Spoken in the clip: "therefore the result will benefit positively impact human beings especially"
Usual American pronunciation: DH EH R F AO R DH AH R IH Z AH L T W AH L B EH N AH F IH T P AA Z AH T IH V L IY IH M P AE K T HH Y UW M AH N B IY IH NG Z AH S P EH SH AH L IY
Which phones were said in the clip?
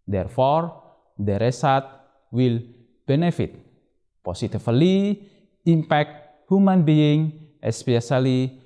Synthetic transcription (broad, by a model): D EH R F AO R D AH R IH S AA T W AH L B EH N AH F IH T P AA S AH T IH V L IY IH M P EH K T HH Y UW M AH N B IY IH NG AH S P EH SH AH L IY